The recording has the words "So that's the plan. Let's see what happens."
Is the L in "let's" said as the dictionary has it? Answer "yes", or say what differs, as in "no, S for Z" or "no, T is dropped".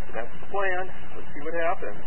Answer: no, W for L